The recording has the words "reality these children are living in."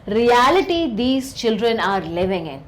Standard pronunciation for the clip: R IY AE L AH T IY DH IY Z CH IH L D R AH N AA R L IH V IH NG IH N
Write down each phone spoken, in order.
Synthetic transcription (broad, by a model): R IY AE L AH T IY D IY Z CH IH L D R AH N AA R L IH V IH NG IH N